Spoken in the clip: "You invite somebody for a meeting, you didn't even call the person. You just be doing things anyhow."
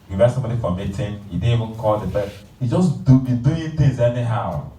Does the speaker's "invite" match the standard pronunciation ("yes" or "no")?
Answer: no